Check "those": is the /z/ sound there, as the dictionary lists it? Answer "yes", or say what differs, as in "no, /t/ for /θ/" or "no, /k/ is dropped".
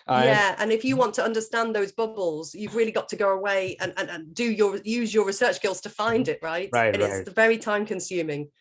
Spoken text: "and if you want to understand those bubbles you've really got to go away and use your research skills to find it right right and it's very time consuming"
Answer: yes